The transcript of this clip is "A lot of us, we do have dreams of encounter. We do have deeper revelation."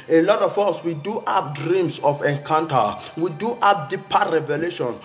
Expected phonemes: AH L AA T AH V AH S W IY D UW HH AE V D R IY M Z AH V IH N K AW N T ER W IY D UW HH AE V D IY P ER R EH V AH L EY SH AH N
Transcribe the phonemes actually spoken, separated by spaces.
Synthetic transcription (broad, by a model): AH L AA T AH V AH S W IY D UW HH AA P D R IY M S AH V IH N K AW N T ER W IY D UW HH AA P D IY P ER R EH V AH L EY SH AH N